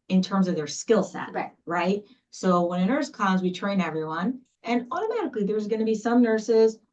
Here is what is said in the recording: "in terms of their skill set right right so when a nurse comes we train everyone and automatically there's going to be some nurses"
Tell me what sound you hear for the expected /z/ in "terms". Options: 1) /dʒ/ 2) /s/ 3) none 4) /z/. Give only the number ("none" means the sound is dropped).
4